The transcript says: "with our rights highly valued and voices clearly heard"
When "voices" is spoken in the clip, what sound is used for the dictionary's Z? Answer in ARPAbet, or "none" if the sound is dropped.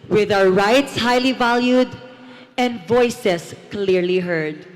S